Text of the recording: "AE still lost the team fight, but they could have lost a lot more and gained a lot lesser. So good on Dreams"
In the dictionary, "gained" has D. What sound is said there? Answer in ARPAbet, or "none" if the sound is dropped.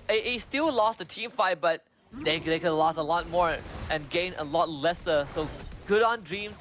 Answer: none